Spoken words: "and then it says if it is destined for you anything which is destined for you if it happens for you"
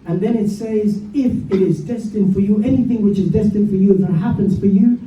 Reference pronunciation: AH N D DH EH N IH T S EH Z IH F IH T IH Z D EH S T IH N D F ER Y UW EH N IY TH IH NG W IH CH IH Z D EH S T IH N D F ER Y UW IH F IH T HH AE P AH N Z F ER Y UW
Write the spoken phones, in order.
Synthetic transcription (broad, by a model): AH N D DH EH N IH T S EH Z IH F IH T IH Z D EH S T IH N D F ER Y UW EH N IY TH IH NG W IH CH IH Z D EH S T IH N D F ER Y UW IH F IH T HH AE P AH N Z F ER Y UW